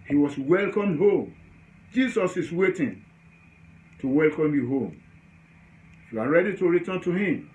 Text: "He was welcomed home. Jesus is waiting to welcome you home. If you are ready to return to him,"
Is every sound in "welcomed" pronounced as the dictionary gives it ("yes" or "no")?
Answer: yes